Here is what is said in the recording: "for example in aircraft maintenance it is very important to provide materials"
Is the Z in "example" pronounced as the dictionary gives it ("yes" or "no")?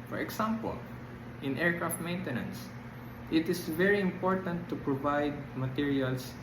no